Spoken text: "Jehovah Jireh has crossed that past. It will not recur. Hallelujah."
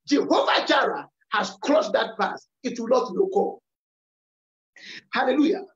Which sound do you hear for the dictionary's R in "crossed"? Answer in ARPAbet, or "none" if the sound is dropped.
L